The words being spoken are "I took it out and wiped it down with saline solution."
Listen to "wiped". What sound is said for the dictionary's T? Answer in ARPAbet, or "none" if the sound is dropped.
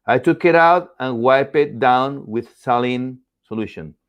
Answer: none